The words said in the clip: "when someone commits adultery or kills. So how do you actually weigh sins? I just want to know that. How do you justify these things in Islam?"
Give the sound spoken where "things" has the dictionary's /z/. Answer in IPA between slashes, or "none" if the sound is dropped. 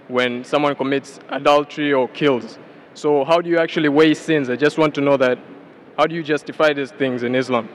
/z/